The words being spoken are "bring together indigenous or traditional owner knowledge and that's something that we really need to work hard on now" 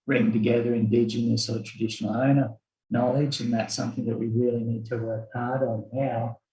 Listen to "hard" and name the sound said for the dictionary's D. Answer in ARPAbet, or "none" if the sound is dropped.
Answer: D